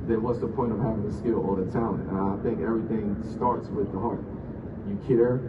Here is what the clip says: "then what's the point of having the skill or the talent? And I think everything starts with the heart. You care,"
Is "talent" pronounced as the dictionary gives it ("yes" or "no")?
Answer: no